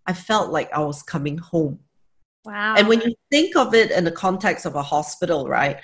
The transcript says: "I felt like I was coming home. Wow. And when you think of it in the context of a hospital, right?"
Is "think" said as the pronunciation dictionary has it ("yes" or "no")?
yes